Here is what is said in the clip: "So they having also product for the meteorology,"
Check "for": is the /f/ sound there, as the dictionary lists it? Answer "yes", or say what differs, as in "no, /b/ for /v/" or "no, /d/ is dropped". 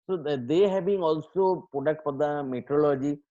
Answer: no, /p/ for /f/